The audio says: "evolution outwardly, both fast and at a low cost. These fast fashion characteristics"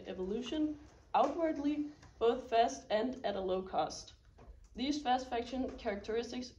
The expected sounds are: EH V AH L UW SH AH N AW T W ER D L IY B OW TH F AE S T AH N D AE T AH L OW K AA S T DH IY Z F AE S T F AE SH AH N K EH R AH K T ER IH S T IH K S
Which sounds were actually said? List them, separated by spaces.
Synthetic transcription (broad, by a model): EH V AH L UW SH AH N AW T W ER D L IY B OW TH F AE S T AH N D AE T AH L OW K AA S T DH IY Z F AE S T F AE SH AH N K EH R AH K T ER IH S T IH K S